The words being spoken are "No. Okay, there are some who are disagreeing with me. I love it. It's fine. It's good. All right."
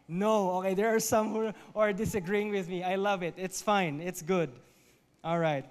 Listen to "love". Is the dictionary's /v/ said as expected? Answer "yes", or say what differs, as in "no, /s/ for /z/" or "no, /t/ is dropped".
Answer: yes